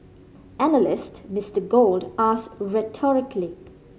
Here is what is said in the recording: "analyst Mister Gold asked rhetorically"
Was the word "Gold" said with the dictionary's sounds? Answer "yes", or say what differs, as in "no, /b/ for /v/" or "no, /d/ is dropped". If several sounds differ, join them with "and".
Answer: yes